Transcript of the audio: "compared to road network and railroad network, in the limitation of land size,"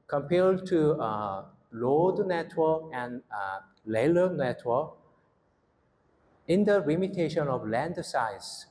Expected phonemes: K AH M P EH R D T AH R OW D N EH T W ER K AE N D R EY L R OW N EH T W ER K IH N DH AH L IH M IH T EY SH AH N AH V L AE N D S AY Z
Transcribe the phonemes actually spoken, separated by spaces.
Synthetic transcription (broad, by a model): K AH M P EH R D T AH L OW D N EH T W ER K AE N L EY L OW N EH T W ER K IH N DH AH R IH M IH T EY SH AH N AH V L AE N D S AY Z